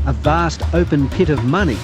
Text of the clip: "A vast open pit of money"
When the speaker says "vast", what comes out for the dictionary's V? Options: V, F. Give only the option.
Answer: V